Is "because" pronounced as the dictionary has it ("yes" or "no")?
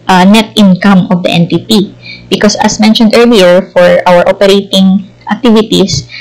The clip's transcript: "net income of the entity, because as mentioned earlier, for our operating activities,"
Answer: no